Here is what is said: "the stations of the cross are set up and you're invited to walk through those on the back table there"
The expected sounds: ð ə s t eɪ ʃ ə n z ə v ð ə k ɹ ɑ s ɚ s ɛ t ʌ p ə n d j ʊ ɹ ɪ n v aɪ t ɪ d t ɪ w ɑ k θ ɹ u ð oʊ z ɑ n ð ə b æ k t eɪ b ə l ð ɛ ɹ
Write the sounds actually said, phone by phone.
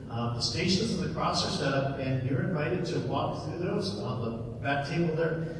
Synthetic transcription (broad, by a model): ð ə s t eɪ ʃ ə n z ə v ð ə k ɹ ɑ s ɚ s ɛ t ʌ p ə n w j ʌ ɹ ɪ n v aɪ t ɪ d t ɪ w ɑ k θ ɹ u ð oʊ z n ð ə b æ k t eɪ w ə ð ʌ ɹ